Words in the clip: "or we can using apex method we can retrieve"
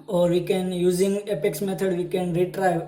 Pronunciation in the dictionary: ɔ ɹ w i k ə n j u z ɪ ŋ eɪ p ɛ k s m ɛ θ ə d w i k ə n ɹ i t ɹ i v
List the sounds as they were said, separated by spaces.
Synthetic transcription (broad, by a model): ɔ ɹ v i k ə n j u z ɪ ŋ eɪ p ɛ k s m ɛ t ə d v i k ə n ɹ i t ɹ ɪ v